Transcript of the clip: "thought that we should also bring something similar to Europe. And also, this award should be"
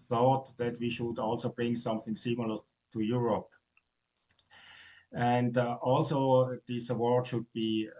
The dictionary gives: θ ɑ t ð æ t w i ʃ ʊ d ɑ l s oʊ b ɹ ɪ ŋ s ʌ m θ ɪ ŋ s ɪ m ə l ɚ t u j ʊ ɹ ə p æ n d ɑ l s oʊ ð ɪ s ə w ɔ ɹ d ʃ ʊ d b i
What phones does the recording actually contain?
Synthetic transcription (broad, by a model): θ ɑ t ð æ t w i ʃ ʊ d ɑ l s oʊ b ɹ ɪ ŋ s ʌ m θ ɪ ŋ s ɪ m l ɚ t u j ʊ ɹ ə p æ n d ɑ l s oʊ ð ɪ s ə w ɔ ɹ d ʃ ʊ d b i